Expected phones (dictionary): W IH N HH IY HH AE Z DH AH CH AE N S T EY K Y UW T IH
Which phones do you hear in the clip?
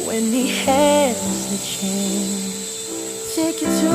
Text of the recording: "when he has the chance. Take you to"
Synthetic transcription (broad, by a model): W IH N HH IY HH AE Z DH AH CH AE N T EY K Y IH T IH